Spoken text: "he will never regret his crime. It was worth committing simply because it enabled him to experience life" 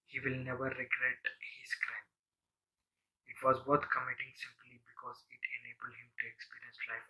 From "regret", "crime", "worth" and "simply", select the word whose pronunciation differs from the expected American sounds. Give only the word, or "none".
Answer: worth